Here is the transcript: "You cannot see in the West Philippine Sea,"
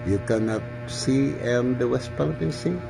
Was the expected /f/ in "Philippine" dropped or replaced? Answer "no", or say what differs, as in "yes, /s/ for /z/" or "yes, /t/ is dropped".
yes, /p/ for /f/